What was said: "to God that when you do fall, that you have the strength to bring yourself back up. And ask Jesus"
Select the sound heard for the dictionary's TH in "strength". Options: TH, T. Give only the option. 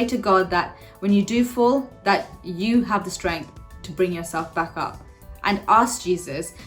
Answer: TH